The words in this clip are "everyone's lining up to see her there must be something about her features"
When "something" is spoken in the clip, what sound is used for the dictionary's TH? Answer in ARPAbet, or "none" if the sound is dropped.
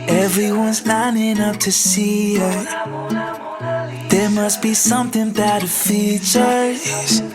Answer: TH